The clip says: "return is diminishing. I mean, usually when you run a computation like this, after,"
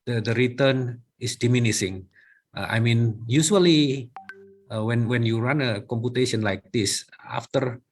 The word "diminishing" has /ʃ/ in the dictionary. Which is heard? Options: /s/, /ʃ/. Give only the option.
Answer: /s/